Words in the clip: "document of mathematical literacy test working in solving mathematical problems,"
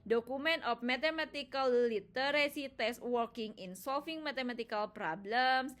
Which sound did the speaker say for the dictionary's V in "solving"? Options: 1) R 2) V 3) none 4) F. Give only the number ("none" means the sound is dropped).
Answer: 4